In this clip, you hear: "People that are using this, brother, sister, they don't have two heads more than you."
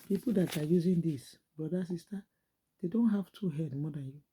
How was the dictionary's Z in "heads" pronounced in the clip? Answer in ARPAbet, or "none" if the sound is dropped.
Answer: none